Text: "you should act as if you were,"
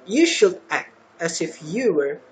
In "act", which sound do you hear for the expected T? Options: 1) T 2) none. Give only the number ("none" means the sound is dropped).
1